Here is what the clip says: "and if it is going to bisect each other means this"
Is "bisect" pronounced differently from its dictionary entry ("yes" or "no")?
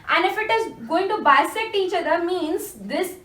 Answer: yes